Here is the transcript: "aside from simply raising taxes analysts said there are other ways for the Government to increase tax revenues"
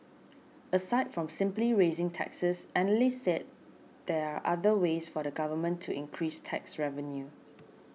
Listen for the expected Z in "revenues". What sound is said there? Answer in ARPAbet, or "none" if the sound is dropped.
none